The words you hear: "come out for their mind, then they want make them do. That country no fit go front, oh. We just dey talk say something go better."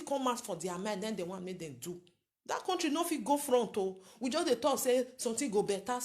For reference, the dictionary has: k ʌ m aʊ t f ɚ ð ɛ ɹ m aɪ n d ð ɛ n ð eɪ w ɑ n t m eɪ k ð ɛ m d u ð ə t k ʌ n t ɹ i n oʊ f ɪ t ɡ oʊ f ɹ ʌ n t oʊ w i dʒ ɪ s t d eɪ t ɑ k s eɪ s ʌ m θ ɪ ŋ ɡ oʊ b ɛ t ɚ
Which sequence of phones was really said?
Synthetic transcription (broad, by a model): k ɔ m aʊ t f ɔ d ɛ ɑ m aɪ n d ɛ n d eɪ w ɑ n m eɪ k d ɛ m d u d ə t k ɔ n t ɹ i n oʊ f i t ɡ oʊ f ɹ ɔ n t oʊ w i dʒ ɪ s d eɪ t ɑ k s eɪ s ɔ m t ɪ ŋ ɡ oʊ b ɛ t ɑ